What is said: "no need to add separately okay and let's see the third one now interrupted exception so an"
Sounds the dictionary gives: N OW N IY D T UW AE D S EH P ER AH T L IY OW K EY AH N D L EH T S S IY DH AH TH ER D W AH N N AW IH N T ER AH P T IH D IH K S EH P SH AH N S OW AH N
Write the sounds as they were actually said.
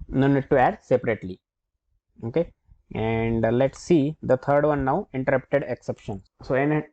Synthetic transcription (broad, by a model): N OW N IY D T UW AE D S EH P ER AH T L IY OW K EY AH N D L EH T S S IY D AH T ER D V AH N N AW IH N T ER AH P T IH D IH K S EH P SH AH N S OW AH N